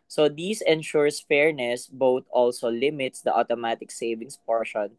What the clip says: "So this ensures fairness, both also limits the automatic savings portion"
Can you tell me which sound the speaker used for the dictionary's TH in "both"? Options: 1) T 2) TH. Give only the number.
1